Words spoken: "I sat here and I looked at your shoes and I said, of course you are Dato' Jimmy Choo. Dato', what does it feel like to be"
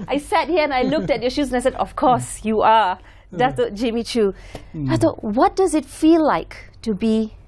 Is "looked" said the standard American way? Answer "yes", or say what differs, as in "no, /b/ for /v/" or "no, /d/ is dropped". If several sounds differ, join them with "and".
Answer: yes